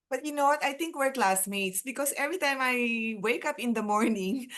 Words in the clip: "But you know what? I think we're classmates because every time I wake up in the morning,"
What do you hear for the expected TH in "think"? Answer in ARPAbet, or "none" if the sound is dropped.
T